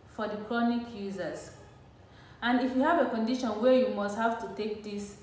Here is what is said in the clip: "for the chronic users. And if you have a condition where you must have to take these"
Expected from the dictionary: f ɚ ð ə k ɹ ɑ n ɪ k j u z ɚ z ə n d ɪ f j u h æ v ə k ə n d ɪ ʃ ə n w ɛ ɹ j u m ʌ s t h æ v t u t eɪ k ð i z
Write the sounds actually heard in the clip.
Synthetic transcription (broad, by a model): f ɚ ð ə k ɹ ɑ n ɪ k j u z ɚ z ə n d ɪ f j u h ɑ v ə k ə n d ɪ ʃ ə n w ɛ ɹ j u m ʌ s t h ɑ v t u t eɪ k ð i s